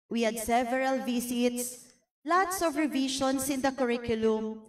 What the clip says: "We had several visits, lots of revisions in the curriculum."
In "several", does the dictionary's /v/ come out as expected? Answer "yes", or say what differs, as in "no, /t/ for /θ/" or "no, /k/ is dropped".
yes